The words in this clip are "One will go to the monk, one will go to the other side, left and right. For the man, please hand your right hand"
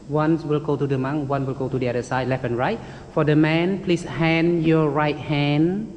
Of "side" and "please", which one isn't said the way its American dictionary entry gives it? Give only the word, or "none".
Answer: please